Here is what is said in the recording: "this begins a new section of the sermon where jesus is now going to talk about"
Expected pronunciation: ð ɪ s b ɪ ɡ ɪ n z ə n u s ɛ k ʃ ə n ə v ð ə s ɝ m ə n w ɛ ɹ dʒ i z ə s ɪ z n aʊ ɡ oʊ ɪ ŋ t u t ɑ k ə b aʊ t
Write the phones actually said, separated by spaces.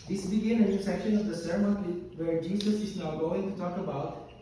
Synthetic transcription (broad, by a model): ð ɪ s b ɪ ɡ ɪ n ə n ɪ s ɛ k ʃ ə n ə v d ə s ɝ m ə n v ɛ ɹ dʒ i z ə s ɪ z n aʊ ɡ oʊ ɪ ŋ t u t ɑ k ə b aʊ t